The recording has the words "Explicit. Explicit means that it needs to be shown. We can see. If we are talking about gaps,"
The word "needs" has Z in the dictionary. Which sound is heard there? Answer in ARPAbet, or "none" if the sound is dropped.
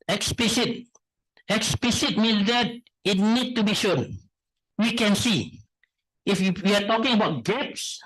none